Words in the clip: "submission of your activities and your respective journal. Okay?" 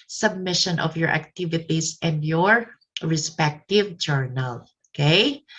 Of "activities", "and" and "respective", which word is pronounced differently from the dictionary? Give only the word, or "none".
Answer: activities